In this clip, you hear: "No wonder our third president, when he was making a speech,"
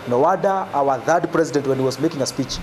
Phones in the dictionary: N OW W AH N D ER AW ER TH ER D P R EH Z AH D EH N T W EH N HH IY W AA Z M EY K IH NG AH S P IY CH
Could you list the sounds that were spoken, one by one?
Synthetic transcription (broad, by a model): N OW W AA D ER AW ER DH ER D P R EH Z AH D EH N T W EH N HH IY W AA Z M EY K IH NG AH S P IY CH